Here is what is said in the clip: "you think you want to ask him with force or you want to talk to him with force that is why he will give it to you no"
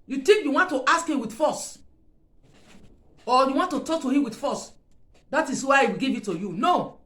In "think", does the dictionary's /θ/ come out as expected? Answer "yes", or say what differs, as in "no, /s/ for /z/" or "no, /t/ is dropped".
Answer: no, /t/ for /θ/